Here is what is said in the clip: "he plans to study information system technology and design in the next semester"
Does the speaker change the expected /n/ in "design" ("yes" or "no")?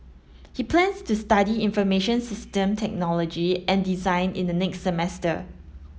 no